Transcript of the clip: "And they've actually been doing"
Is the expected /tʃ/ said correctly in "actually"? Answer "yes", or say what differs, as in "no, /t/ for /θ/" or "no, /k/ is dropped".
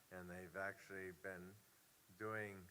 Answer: yes